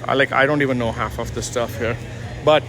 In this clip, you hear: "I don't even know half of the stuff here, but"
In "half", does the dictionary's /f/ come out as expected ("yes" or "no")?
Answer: yes